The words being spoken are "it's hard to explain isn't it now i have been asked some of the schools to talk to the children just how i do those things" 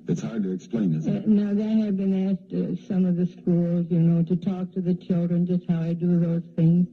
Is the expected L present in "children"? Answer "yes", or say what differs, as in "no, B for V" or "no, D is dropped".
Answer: yes